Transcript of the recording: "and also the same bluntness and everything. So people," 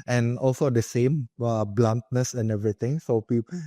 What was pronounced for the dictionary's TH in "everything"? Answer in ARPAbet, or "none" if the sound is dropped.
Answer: T